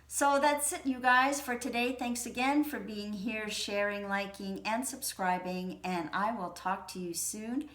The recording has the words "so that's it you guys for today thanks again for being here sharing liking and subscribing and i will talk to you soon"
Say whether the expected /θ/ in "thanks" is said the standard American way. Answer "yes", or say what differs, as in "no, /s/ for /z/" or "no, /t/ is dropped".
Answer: yes